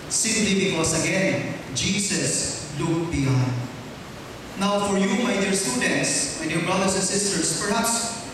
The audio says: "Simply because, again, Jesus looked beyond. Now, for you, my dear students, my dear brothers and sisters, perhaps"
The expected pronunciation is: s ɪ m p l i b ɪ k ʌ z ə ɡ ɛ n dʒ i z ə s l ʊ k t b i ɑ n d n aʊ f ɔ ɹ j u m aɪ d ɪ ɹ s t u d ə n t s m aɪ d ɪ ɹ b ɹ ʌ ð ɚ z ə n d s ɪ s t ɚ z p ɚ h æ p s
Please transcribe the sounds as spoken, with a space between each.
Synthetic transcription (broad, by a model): s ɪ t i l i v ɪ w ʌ s ə ɡ ɛ n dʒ i s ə s l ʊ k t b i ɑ n d n aʊ f ɔ ɹ j u m aɪ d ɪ ɹ s t u d ə n t s m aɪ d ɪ ɹ b ɹ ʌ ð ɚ s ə n s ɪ s t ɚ s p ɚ h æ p s